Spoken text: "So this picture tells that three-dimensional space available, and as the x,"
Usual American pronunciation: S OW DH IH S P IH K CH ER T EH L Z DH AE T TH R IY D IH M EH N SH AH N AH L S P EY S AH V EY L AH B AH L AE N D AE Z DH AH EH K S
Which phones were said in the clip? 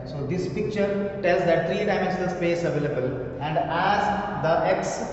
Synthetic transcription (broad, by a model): S OW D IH S P IH K CH ER T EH L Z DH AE T T R IY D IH IH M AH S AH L S P EY S AH V EY L AH B AH L AE N D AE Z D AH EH K S